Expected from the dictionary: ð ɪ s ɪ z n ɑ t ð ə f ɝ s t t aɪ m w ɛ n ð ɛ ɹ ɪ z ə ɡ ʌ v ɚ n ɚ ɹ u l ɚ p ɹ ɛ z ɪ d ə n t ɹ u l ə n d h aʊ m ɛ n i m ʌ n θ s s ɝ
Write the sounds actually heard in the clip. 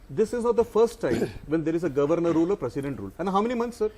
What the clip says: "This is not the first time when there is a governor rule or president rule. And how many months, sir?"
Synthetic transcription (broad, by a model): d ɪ s ɪ z n ɑ t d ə f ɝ s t t aɪ m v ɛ n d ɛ ɹ ɪ z ə ɡ ʌ v ɚ n ɚ ɹ u l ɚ p ɹ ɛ s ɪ d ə n t ɹ u l ə n d h aʊ m ɛ n i m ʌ n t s s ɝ